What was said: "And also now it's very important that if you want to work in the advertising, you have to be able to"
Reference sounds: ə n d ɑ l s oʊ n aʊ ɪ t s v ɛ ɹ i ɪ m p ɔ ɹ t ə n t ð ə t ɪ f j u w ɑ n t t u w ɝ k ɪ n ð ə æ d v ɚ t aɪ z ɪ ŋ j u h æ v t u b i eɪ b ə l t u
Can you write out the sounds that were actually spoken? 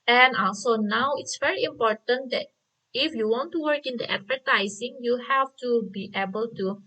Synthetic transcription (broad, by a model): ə n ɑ s oʊ n aʊ ɪ t s v ɛ ɹ i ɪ m p ɔ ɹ t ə n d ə t ɪ f j u w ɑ n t t u w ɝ k ɪ n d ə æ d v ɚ t aɪ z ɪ ŋ j u h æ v t u b i eɪ b ə l t u